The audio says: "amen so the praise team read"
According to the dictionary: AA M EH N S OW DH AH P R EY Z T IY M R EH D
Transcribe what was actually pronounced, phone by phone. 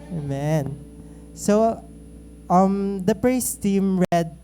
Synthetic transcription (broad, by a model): M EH N S OW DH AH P R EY S T IY M R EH D